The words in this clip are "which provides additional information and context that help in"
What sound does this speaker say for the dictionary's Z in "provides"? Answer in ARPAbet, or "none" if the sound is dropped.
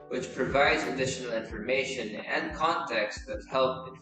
Z